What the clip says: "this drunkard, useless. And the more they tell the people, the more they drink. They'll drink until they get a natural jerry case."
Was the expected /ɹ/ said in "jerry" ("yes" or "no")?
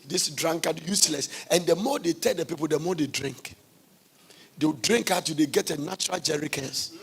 yes